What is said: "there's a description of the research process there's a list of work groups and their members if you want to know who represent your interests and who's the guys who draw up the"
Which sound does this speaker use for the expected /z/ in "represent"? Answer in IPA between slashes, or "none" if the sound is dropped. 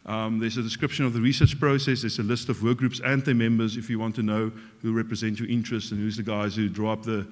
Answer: /z/